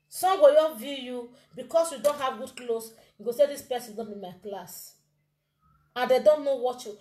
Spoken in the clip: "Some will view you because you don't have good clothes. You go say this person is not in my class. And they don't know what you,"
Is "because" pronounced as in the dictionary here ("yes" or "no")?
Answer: no